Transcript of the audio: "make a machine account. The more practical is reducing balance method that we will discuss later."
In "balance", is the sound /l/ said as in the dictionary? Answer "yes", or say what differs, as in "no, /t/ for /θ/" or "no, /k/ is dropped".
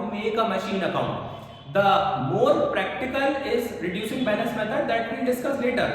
no, /n/ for /l/